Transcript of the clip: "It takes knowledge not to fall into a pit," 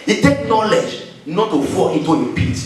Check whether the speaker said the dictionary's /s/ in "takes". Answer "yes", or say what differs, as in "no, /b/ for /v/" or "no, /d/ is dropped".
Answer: no, /s/ is dropped